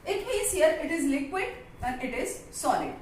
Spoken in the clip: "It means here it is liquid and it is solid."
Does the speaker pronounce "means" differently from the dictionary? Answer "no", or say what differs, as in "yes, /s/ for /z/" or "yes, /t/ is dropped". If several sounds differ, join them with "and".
yes, /n/ is dropped